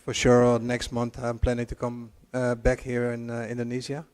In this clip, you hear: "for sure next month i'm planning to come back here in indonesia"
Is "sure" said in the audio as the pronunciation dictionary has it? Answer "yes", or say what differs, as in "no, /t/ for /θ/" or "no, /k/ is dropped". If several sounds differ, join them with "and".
yes